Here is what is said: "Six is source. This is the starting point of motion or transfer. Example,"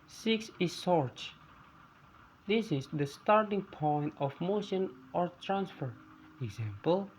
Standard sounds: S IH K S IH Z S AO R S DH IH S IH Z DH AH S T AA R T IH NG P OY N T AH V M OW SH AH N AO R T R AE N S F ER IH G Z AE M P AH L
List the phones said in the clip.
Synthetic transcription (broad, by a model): S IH K S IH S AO R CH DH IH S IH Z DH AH S T AA R T IH NG P OY N T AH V M OW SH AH N AO R T R AE N S F ER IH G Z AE M P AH L